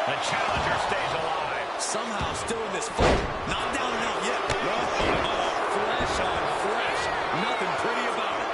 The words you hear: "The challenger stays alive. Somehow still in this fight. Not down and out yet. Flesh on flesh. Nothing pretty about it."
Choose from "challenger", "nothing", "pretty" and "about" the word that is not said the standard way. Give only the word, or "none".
none